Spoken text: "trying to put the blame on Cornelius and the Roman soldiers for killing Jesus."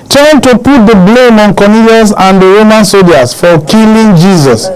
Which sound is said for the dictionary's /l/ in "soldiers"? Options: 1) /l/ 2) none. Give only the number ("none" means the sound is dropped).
2